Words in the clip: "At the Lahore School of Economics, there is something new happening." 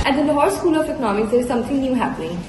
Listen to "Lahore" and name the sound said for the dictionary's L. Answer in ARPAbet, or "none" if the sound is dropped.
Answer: N